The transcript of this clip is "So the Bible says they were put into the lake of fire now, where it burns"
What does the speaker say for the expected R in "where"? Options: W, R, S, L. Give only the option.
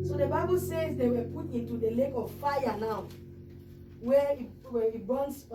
W